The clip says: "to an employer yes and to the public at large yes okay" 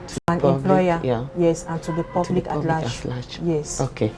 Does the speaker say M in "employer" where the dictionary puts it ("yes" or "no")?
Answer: no